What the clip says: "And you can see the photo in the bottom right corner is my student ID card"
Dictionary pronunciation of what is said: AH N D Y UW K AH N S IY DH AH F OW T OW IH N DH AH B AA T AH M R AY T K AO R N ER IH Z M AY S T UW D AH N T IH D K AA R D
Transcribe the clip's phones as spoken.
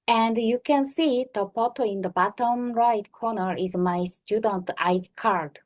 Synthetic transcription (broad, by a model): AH N D Y UW K AH N S IY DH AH P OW T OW IH N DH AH B AA T AH M R AY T K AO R N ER IH Z M AY S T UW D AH N T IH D K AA R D